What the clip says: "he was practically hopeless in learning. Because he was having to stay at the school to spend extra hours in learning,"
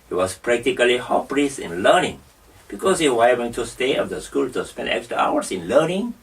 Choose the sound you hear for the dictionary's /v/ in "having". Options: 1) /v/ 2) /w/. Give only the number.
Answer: 2